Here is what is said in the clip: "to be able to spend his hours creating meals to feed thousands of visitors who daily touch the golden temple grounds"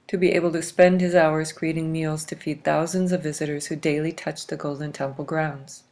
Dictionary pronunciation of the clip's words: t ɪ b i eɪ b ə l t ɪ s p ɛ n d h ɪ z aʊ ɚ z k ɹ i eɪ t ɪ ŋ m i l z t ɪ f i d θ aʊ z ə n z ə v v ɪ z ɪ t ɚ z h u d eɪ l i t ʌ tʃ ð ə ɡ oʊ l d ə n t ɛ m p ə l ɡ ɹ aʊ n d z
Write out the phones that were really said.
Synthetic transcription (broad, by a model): t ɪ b i eɪ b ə l t ɪ s p ɛ n d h ɪ z aʊ ɚ z k ɹ i eɪ t ɪ ŋ m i l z t ɪ f i d θ aʊ z ə n z ə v v ɪ z ɪ t ɚ z h u d eɪ l i t ʌ tʃ ð ə ɡ oʊ l d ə n t ɛ m p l ɡ ɹ aʊ n d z